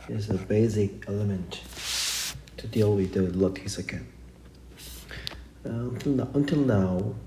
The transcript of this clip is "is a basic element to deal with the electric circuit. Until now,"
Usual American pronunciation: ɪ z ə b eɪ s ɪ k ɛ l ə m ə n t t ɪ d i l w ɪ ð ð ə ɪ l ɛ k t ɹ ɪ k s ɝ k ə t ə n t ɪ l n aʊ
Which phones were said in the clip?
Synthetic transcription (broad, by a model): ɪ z ə b eɪ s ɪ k ɛ l ə m ə n t t ɪ d i l w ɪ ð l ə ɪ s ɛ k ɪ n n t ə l ə n t ɪ l n aʊ